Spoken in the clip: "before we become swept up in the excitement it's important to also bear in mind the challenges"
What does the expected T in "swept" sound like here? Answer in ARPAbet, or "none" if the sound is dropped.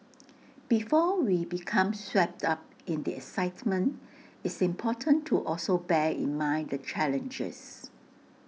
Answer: T